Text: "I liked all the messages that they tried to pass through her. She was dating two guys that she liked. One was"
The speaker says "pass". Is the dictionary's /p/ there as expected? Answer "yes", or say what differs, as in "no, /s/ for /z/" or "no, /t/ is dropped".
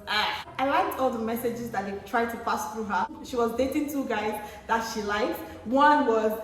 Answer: no, /f/ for /p/